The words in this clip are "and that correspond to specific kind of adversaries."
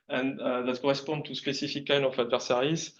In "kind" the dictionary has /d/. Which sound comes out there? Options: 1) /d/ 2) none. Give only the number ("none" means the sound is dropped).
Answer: 2